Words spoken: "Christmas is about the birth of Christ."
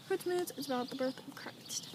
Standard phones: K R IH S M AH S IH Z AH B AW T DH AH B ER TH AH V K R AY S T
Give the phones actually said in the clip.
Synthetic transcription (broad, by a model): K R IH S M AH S IH Z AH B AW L DH AH B ER TH AH V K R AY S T